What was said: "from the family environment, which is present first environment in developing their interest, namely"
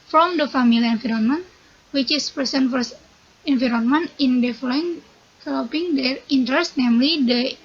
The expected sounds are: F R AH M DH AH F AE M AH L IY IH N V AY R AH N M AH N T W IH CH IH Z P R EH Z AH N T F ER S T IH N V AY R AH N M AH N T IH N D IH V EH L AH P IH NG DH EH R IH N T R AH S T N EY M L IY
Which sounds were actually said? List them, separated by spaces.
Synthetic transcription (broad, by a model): F R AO M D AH F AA M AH L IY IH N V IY R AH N M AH N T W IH CH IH S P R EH S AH N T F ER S IH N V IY R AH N M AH N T IH N D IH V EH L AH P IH NG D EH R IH N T R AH S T N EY M L IY